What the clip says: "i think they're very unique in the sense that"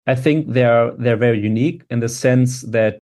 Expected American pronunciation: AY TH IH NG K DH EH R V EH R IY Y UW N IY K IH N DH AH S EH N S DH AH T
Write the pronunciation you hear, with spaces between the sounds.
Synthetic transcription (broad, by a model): AY TH IH NG K DH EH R V EH R IY Y UW N IY K IH N DH AH S EH N S DH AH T